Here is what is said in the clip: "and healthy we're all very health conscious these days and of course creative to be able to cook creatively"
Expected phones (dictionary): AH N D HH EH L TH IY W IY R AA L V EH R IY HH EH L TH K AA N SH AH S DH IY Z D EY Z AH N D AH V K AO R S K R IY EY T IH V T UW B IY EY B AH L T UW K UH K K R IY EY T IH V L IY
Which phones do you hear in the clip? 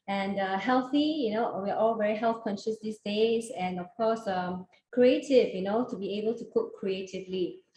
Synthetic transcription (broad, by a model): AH N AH HH EH L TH IY W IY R AA L V EH R IY HH EH L TH K AA N SH AH S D IY S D EY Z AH N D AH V K AO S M K R IY EY T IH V T UW B IY EY B AH L T UW K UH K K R IY EY T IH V L IY